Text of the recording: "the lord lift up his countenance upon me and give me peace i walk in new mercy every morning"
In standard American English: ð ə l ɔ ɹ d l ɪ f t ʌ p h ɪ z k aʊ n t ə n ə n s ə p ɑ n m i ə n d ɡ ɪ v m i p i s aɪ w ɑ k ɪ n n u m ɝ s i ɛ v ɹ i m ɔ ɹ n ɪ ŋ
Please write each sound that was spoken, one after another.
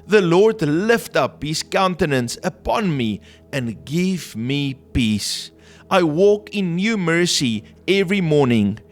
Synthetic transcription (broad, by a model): ð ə l ɔ ɹ d l ɪ f t ʌ p h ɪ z k aʊ n t ə n ə n s ə p ɑ n m i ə n ɡ ɪ v m i p i s aɪ w ɑ k ɪ n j u m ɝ s i ɛ v ɹ i m ɔ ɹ n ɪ ŋ